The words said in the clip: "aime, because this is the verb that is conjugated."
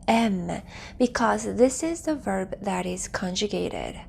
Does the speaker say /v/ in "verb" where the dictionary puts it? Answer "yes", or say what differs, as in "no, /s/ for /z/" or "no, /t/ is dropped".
yes